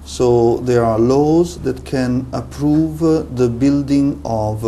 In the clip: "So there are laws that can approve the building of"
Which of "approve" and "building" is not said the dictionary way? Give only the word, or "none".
none